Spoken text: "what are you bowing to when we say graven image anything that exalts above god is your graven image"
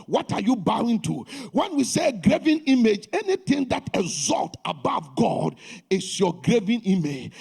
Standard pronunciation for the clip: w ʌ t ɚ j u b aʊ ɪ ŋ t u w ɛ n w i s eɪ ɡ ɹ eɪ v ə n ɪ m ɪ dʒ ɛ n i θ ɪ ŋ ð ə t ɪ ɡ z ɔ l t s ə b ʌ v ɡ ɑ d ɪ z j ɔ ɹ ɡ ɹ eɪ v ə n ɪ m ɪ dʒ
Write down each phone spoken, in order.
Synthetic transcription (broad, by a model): w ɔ t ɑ j u b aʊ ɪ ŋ t u w ɛ n w i s eɪ ɡ ɹ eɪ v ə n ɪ m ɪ dʒ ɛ n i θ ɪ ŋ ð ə t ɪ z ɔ l t ə b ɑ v ɡ ɑ d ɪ s j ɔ ɡ ɹ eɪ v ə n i m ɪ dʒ